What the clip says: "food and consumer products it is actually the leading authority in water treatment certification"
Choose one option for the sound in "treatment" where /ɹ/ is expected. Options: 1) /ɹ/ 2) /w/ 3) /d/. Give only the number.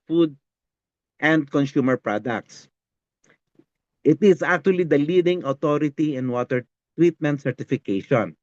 2